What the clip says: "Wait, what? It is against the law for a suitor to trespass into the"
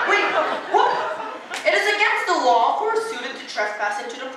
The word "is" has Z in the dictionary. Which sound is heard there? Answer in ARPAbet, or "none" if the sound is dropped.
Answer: Z